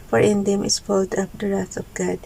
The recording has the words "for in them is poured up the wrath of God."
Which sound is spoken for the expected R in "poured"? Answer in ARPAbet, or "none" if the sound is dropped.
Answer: L